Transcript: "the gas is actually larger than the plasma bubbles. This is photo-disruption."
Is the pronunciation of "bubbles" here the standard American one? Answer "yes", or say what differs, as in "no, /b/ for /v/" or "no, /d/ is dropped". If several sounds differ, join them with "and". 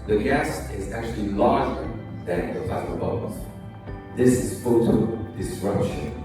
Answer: no, /l/ is dropped